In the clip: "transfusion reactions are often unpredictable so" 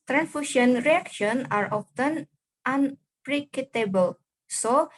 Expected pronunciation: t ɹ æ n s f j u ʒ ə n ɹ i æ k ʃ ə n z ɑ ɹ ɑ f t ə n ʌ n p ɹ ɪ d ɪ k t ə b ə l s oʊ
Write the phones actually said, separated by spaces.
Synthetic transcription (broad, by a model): t ɹ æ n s f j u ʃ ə n ɹ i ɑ k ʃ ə n ɑ ɹ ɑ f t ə n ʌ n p ɹ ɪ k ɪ t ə b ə l s oʊ